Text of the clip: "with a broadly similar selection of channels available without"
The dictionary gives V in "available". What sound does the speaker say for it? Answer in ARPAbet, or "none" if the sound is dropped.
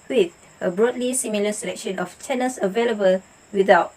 V